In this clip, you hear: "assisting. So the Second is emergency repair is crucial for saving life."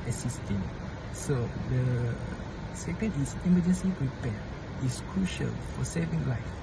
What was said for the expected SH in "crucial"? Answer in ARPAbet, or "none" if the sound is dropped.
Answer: SH